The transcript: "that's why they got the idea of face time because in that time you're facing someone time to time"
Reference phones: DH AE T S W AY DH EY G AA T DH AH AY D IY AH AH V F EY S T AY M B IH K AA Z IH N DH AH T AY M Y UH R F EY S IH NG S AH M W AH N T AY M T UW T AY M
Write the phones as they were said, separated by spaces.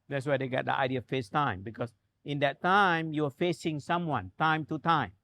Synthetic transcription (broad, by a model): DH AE T S W AY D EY G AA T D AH AY D IY AH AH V F EY S T AY M B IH K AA S IH N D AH T AY M Y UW W F EY S IH NG S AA M W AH N T AY M T UW T AY M